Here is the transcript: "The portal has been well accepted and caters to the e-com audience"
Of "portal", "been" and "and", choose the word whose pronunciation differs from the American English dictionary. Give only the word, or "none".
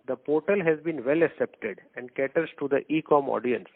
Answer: none